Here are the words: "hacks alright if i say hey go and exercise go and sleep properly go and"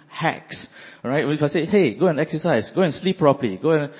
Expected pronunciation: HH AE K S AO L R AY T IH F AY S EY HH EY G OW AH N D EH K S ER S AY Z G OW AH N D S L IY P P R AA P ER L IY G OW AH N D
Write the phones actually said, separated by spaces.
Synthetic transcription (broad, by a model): HH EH K S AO R AY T IH F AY S EY HH EY G OW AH N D EH K S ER S AY S G OW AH N S L IY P P R AA P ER L IY G OW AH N